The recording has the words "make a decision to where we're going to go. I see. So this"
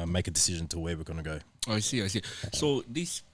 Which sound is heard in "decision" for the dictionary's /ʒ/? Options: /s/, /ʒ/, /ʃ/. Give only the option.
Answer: /ʒ/